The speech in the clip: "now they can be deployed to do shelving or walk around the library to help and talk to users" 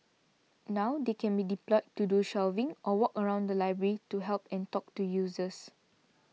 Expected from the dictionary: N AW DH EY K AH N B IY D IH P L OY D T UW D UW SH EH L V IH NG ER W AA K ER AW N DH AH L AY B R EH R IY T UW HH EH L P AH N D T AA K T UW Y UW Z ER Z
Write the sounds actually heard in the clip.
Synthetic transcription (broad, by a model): N AW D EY K AH N B IY D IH P L OY T UW D UW SH EH L V IH NG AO W AA K ER AW N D AH L AY B R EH R IY T UW HH EH L P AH N T AA K T UW Y UW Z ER S